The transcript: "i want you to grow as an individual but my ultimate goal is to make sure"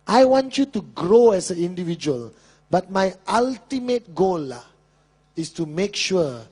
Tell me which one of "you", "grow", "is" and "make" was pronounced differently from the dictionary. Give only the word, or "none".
is